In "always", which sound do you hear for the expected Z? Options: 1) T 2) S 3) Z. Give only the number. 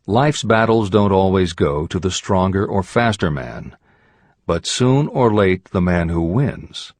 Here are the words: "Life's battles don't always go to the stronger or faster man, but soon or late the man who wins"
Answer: 3